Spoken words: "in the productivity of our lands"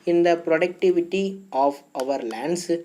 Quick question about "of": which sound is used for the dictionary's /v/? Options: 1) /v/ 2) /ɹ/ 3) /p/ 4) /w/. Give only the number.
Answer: 1